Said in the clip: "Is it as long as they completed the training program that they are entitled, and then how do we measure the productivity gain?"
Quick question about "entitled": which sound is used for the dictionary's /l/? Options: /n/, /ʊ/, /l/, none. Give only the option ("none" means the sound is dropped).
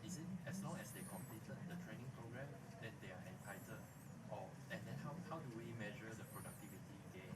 none